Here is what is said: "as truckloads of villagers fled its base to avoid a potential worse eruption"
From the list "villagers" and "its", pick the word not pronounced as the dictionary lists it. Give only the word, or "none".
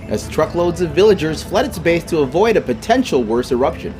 none